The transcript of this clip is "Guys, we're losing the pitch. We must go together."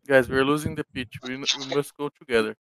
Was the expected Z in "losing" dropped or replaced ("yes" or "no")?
no